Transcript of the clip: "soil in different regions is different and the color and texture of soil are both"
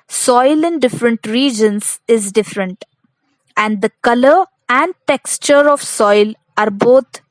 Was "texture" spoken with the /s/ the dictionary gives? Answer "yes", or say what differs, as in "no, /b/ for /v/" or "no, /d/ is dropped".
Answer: yes